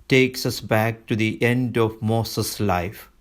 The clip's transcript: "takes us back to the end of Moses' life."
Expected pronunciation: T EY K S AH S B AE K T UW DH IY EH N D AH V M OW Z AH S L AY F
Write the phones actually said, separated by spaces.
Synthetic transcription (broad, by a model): T EY K S AH S B AE K T UW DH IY EH N D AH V M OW S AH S L AY F